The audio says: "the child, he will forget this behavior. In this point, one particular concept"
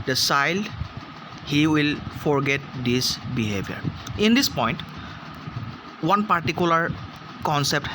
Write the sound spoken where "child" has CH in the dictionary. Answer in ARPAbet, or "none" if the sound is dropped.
S